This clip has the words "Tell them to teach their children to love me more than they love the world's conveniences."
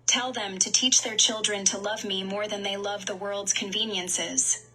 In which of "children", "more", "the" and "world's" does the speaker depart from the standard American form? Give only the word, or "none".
none